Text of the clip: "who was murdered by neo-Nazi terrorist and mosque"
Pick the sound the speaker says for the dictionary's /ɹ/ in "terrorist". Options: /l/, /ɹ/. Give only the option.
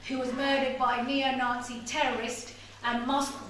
/ɹ/